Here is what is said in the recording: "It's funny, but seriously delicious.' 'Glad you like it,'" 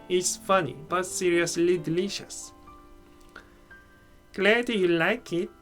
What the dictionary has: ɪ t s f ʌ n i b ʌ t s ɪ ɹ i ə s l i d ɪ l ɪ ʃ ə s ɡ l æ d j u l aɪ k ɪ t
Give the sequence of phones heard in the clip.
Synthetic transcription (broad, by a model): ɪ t s f ʌ n i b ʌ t s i ɹ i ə s l i d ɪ l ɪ ʃ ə s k l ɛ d j u l aɪ k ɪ t